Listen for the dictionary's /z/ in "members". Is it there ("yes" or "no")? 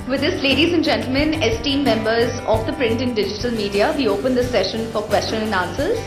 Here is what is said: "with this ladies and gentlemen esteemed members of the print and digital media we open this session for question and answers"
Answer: yes